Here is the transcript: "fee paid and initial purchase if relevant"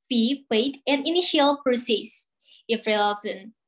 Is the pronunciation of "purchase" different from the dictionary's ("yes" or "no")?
yes